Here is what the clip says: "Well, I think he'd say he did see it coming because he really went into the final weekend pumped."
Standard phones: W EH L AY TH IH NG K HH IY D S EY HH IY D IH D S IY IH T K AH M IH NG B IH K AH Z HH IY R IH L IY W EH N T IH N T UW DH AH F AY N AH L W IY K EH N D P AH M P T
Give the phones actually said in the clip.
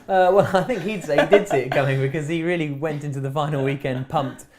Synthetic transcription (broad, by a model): W EH L AY TH IH NG K HH IY D S EY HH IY D IH D S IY IH T K AH M IH NG B IH K AH Z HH IY R IH L IY W EH N T IH N T UW DH AH F AY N L W IY K EH N D P AH M P T